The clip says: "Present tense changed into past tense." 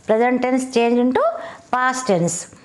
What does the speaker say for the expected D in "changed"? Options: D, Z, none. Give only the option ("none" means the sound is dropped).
none